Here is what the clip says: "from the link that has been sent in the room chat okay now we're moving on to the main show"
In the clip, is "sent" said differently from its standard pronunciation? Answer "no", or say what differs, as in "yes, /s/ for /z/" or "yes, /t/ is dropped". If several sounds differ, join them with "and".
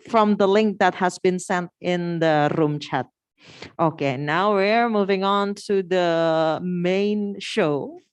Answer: no